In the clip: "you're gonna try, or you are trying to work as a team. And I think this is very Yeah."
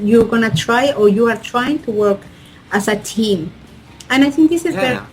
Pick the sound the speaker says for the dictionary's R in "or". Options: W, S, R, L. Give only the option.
R